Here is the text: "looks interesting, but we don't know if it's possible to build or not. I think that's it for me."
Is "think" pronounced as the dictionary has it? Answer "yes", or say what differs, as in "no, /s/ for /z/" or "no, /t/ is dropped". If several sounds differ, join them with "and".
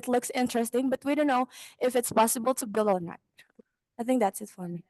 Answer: yes